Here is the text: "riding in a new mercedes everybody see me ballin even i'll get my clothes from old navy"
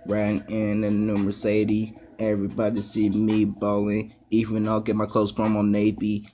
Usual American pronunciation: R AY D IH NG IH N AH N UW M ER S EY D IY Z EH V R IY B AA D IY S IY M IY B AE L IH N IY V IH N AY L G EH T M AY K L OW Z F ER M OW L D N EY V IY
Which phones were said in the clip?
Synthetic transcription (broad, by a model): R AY IH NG IH N AH N UW M ER S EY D IY EH V R IY B AA D IY S IY M IY B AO L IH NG IY V IH N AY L G EH T M AY K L OW S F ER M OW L N EY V IY